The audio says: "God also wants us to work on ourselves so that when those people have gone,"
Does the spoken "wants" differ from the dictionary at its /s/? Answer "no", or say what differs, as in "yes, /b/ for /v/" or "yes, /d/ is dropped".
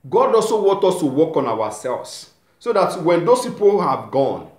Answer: yes, /s/ is dropped